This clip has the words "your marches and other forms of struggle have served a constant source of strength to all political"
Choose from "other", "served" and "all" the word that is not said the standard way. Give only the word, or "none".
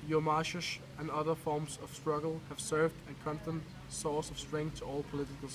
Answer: none